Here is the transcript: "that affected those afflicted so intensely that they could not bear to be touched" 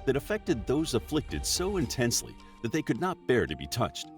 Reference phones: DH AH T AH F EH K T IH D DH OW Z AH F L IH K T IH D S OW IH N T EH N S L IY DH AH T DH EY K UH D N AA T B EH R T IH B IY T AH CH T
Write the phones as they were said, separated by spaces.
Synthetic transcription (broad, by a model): DH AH T AH F EH K T IH D DH OW Z AH F L IH K T IH D S OW IH N T EH N S L IY DH AH T DH EY K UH D N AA T B EH R T IH B IY T AH CH T